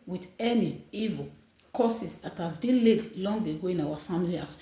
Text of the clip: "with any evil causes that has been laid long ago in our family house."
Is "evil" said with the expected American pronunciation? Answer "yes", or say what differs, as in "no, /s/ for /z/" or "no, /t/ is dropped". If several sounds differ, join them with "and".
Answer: yes